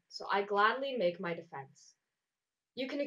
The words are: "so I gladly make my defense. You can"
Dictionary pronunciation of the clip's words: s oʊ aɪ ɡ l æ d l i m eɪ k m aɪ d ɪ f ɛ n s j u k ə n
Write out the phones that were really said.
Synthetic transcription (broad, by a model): s oʊ aɪ ɡ l æ d l i m eɪ k m aɪ d ɪ f ɛ n s j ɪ k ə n